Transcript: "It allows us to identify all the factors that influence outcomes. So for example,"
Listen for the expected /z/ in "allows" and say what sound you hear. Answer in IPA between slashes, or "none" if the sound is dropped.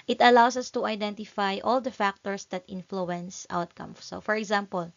/s/